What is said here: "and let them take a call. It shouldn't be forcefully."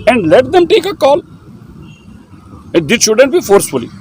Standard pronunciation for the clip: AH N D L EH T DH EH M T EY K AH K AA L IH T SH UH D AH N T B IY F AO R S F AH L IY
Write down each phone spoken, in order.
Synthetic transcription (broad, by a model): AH N D L EH T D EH M T EY K AH K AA L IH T SH UH D AH N T B IY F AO R S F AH L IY